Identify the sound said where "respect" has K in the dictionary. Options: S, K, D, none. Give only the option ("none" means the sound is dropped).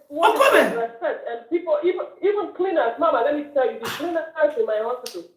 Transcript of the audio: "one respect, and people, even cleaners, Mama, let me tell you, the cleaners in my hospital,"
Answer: none